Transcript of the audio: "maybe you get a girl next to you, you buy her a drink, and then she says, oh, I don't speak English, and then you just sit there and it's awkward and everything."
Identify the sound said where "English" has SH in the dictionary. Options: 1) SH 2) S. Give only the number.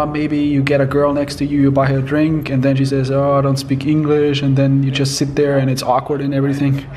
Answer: 1